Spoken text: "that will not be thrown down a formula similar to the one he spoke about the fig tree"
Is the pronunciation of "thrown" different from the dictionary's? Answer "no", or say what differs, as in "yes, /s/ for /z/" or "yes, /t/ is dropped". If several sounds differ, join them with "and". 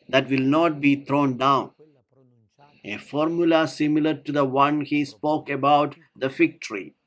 yes, /t/ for /θ/